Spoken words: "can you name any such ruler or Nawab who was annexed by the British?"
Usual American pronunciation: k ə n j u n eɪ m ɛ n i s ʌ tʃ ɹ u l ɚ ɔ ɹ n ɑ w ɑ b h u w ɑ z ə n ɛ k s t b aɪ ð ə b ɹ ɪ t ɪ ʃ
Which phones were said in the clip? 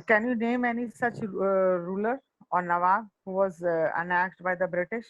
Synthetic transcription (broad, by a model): k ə n j u n eɪ m ɛ n i s ʌ tʃ ɹ u l ɚ ɔ ɹ n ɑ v ɑ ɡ h u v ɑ z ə n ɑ s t b aɪ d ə b ɹ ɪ t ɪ ʃ